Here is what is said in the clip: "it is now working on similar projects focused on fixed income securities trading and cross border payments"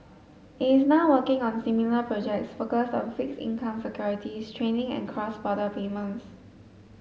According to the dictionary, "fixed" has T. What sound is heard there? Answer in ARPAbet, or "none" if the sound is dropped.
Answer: none